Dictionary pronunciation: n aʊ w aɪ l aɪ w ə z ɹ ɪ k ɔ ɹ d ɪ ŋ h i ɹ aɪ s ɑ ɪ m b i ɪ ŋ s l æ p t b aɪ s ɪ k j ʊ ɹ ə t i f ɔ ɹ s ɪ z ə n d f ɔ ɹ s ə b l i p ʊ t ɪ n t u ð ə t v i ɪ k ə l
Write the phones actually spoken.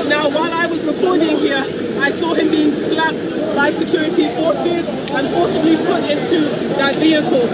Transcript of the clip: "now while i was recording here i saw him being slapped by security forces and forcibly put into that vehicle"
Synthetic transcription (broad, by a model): n aʊ w aɪ l aɪ w ə z ɹ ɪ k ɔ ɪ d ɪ ŋ h i ɹ aɪ s ɑ ɪ m b i ɪ ŋ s l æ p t b aɪ s ɪ k j ʊ ɹ ə t i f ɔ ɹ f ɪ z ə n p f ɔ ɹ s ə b l i p ʊ t ɪ n t u ð ə t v i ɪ k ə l